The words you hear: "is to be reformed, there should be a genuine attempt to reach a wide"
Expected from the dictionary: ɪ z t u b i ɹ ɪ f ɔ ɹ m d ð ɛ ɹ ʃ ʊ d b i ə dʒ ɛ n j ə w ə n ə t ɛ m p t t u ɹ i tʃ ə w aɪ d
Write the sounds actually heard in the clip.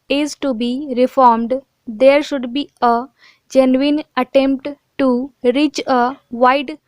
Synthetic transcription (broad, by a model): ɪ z t u b i ɹ ɪ f ɔ ɹ m d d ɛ ɹ ʃ ʊ d b i ə dʒ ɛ n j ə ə n ə t ɛ m p t t u ɹ i tʃ ə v aɪ d